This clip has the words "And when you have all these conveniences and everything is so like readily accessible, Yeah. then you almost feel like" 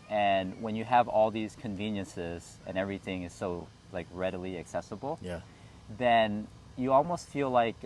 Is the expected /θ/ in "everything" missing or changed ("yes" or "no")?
no